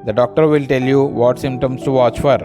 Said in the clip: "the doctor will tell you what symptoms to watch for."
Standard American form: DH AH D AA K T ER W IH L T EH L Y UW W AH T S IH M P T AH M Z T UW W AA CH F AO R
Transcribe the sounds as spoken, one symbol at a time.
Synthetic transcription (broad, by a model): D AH D AA K T ER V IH L T EH L Y UW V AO T S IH M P T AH M S T UW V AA CH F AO R